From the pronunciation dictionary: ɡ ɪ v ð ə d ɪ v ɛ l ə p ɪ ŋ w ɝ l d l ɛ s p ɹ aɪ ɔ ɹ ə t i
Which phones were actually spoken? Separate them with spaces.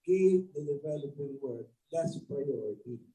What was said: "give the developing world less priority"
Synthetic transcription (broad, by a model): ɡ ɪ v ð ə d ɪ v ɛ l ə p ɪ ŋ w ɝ d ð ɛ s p ɹ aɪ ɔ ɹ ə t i